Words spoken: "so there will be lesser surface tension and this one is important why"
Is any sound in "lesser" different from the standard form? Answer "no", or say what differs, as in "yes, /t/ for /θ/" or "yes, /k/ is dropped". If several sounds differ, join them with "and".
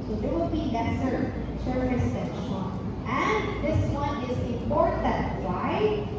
yes, /n/ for /l/